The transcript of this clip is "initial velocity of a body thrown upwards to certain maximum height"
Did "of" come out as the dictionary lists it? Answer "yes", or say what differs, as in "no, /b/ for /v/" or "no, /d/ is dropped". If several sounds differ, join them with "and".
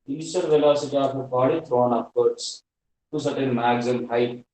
no, /p/ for /v/